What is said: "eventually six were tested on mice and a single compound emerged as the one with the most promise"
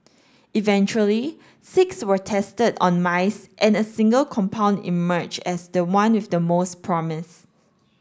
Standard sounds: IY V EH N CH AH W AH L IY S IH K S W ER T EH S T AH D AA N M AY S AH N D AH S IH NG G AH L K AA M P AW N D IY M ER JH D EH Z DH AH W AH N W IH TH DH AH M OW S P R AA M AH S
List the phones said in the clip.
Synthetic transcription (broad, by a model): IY V EH N CH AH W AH L IY S IH K S W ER T EH S T AH D AA N M AY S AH N AH S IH NG G AH L K AA M P AW N D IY M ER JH EH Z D AH W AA N W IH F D AH M OW S P R AA M AH S